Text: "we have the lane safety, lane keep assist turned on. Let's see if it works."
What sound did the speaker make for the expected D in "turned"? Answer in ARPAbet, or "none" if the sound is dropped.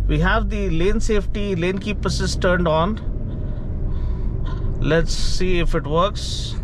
D